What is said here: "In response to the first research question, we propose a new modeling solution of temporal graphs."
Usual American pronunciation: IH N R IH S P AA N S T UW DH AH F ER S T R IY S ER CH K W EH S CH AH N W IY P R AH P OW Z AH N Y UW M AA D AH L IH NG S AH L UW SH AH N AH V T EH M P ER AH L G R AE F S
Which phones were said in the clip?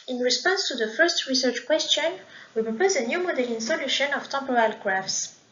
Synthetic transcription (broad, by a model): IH N R IH S P AA N S T UW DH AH F ER S T R IY S ER CH K W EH S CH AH N W IY P R AH P OW Z AH N Y UW M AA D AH L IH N S AH L UW SH AH N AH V T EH M P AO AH L G R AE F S